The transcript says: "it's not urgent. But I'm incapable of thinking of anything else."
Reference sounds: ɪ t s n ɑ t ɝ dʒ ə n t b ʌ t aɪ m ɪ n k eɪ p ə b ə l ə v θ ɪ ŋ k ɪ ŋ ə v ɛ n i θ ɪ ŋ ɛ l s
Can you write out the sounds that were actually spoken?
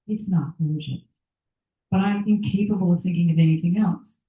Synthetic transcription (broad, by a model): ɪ t s n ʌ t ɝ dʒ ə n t b ʌ t aɪ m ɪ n k eɪ p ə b l ə v θ ɪ ŋ k ɪ ŋ ə v ɛ n i θ ɪ ŋ ɛ l s